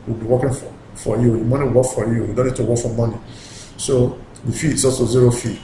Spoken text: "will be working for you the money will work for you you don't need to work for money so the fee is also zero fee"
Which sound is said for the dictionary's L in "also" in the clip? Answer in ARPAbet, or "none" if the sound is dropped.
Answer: none